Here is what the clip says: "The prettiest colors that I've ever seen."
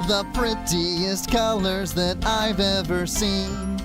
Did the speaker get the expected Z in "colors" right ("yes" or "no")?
yes